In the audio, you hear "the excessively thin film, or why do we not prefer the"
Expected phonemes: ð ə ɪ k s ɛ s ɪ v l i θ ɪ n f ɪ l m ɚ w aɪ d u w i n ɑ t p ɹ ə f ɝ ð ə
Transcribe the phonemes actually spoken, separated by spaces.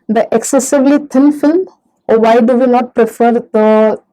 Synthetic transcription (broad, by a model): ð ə ɪ k s ɛ s ɪ v l i t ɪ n f ɪ l m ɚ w aɪ d u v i n ɑ t p ɹ ə f ɝ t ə